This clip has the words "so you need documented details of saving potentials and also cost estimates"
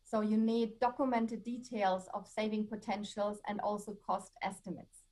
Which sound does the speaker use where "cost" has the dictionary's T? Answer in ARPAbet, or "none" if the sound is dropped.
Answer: T